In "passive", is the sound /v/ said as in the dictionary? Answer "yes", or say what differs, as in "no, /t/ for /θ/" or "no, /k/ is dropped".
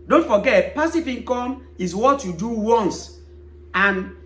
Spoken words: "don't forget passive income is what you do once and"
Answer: no, /p/ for /v/